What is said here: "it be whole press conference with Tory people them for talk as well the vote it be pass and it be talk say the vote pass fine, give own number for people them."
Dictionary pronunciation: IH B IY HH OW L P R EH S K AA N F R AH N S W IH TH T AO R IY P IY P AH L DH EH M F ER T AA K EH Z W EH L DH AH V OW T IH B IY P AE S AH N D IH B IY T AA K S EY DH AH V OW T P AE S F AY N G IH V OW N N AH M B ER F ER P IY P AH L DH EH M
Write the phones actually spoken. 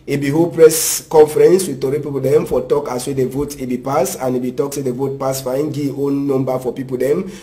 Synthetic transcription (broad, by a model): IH B IY HH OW P R EH S K AA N F R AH N S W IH T AO R IY P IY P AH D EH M F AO T AA K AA S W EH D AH V OW T IH B IY P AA S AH N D IH B IY T AA K S EY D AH V OW T P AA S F AY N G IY OW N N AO M B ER F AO P IY P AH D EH M